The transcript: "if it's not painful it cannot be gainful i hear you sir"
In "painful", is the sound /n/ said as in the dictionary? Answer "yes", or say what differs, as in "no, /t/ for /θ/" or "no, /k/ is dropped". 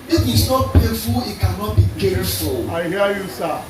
no, /n/ is dropped